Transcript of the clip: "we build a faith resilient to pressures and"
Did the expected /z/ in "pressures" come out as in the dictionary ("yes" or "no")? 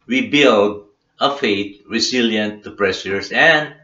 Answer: no